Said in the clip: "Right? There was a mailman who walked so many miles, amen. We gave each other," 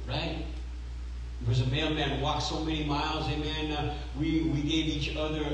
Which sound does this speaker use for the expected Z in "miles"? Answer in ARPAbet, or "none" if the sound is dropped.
Z